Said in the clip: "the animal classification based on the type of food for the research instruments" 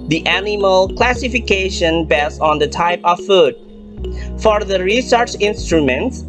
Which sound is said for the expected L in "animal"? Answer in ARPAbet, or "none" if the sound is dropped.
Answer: L